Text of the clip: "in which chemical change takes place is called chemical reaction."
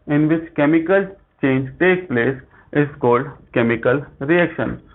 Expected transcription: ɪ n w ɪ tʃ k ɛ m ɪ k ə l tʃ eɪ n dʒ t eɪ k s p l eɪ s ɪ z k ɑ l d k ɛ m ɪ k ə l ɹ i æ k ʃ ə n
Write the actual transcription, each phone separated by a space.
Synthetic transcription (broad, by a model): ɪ n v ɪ tʃ k ɛ m ɪ k ə l tʃ eɪ n dʒ t eɪ k p l eɪ s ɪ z k ɑ l d k ɛ m ɪ k ə l ɹ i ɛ k ʃ ə n